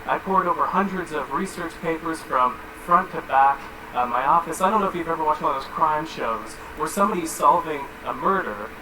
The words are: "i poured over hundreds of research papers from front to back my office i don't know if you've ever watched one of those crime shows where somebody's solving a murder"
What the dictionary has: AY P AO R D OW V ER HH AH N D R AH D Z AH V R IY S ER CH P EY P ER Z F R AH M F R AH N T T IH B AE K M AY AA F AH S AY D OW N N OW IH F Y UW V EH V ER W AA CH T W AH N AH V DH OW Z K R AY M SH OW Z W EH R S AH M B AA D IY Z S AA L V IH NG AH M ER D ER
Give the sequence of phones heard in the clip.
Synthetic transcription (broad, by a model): AY P AO R D OW V ER HH AH N D R AH D Z AH V R IY S ER CH P EY P ER Z F R AH M F R AH N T T IH B AE K M AY AA F AH S AY D OW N N OW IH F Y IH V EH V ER W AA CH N DH OW Z K R AY M SH OW Z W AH R S AH M B AA D IY Z S AA L V IH NG AH M ER D ER